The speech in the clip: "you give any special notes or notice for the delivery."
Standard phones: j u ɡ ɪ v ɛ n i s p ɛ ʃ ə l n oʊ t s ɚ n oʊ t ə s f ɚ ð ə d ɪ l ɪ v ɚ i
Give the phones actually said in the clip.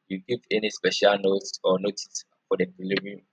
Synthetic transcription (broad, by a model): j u ɡ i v ɛ n i s p ɛ ʃ ə l n oʊ t s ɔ n oʊ t ə s f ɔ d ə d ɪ l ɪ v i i